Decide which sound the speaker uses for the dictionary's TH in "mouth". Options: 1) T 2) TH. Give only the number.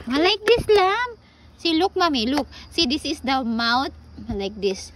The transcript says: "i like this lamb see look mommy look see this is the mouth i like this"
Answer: 1